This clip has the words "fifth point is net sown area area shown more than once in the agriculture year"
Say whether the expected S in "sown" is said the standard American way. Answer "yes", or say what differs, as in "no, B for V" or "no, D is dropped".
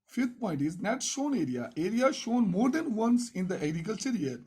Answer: no, SH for S